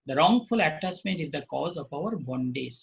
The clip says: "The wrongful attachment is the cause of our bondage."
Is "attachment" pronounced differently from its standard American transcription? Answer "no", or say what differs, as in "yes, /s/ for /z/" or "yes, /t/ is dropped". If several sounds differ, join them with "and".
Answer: yes, /s/ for /tʃ/